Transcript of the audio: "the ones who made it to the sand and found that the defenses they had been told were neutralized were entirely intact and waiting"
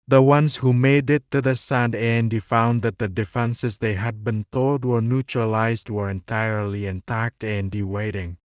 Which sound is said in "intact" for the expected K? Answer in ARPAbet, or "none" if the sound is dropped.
K